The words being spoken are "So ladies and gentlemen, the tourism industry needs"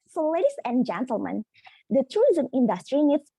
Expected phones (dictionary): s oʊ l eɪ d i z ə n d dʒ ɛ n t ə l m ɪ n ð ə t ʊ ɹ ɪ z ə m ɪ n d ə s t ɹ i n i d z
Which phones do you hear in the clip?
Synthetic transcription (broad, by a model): s oʊ l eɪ d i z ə n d dʒ ɛ n t ə l m ɪ n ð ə t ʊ ɹ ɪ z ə m ɪ n d ə s t ɹ i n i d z